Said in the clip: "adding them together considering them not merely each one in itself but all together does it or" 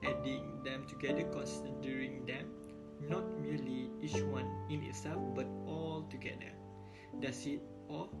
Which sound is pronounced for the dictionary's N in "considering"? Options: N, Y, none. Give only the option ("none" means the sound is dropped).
none